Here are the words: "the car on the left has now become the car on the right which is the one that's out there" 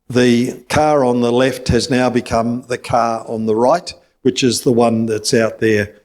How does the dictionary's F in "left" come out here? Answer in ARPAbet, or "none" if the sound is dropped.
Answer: F